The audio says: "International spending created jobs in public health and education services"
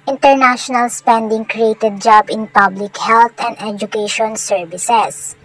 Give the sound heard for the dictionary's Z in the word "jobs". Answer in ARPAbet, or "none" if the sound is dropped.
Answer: none